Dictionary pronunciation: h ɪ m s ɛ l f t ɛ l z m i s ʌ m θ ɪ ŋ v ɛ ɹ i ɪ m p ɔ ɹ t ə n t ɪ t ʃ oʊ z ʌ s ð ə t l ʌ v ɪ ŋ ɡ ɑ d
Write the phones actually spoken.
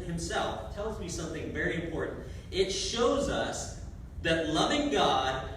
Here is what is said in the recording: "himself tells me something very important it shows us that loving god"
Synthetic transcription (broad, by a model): h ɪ m s ɛ l f t ɛ l z m i s ʌ m θ ɪ ŋ v ɛ ɹ i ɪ m p ɔ ɹ t n t ɪ t ʃ oʊ z ʌ s ð ə t l ʌ v ɪ ŋ ɡ ɑ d